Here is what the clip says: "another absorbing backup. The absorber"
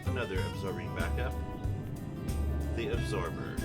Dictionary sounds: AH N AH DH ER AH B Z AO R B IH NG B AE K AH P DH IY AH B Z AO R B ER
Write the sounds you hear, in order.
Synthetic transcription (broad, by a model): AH N AH DH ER AH B Z AO R B IH NG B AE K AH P DH IY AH B Z AO R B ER